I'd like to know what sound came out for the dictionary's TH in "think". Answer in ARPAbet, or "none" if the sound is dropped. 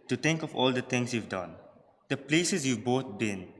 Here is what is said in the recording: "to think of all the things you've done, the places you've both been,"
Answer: T